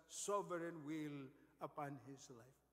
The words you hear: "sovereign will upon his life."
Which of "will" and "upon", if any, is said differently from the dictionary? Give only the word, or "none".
none